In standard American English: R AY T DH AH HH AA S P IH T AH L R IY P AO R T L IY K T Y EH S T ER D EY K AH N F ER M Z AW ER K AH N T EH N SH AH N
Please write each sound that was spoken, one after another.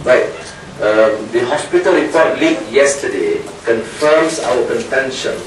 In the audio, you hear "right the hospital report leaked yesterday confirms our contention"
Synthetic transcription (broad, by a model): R AY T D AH HH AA S P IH T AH L R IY P AO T L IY T Y EH S T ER D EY K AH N F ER M S AW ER K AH N T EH N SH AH N